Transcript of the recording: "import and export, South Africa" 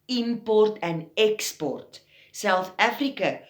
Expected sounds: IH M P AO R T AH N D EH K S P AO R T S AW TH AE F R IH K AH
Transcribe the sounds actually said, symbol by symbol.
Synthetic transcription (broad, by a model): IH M P AO R T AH N EH K S P AO R T S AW F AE F R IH K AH